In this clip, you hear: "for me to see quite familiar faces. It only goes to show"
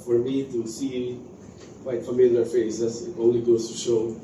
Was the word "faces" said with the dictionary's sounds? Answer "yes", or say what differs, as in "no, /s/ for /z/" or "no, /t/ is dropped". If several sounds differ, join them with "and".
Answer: no, /s/ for /z/